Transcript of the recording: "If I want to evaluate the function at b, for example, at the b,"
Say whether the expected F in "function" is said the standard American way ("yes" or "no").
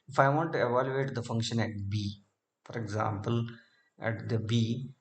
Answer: yes